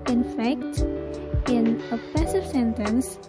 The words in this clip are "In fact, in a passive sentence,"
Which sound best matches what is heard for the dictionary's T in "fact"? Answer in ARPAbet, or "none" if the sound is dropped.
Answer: T